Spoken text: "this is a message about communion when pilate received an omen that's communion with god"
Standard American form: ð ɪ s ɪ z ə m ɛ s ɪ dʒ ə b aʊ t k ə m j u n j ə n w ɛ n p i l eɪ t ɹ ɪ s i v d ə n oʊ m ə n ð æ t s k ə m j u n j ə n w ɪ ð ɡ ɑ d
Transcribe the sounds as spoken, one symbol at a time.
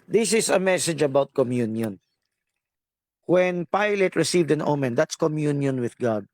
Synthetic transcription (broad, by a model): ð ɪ s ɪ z ə m ɛ s ɪ dʒ ə b aʊ t k ə m j u n j ə n w ɛ n p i l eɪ t ɹ ɪ s i v d ə n oʊ m ə n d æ t s k ə m j u n j ə n w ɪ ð ɡ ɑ d